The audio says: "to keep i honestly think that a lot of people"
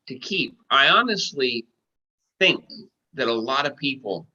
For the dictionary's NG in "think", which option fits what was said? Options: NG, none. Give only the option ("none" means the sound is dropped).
NG